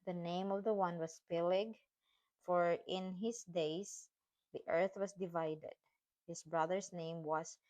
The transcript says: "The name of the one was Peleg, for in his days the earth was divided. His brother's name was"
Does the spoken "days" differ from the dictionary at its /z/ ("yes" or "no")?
yes